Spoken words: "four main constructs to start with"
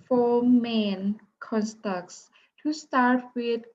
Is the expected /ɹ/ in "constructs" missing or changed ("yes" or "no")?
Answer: yes